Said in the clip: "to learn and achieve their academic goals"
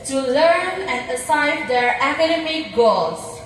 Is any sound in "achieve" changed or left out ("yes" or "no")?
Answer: yes